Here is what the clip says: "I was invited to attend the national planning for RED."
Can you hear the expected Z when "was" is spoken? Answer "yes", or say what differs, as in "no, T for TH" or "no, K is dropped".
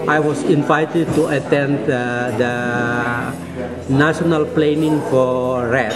no, S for Z